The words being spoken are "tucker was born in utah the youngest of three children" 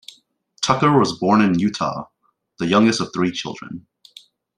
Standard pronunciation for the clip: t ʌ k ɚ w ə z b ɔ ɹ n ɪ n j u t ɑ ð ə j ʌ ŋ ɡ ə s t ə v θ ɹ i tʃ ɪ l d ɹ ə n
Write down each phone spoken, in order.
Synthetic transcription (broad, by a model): t ʌ k ɚ w ə z b ɔ ɹ n ɪ n j u t ɑ ð ə j ʌ ŋ ɡ ə s t ə v θ ɹ i tʃ ɪ l d ɹ ə n